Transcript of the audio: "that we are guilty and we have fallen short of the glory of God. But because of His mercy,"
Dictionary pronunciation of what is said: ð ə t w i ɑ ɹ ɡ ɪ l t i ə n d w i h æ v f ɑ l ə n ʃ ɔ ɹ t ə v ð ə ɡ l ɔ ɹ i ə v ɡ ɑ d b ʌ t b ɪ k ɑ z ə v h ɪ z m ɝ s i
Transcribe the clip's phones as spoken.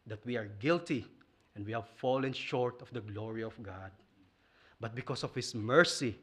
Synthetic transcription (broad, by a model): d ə t w i ɑ ɹ ɡ ɪ l t i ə n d w i h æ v f ɑ l ə n ʃ ɔ ɹ t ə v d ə ɡ l ɔ ɹ i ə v ɡ ɑ d b ʌ t b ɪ k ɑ s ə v h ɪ s m ɝ s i